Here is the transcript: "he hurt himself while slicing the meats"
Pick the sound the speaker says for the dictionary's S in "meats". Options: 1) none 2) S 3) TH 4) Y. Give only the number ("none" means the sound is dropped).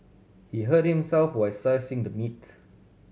1